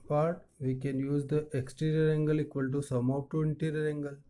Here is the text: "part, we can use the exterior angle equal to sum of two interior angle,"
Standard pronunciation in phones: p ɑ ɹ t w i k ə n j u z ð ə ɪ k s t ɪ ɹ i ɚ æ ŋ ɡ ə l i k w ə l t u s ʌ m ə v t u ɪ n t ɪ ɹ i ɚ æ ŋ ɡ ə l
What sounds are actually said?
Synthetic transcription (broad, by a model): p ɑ ɹ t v i k ə n j u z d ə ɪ k s t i ɹ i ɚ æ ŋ ɡ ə l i k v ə l t u s ʌ m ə p t u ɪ n t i ɹ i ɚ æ ŋ ɡ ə l